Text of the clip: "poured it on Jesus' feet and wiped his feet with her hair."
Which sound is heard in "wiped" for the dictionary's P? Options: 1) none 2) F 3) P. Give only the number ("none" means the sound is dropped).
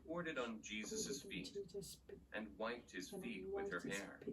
3